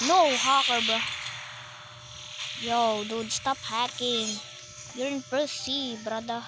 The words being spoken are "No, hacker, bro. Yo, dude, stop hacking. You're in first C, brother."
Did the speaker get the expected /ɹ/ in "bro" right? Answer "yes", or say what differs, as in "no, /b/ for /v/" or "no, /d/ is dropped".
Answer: no, /ɹ/ is dropped